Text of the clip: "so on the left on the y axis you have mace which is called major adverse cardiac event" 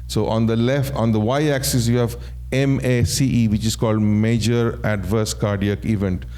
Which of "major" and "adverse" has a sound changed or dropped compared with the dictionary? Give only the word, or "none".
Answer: none